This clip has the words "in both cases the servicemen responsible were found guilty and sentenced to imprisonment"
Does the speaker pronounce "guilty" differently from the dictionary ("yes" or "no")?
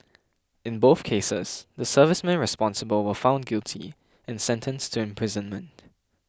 no